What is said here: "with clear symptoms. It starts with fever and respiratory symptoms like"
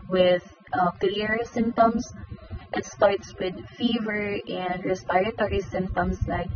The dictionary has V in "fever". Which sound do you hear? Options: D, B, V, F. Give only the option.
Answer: V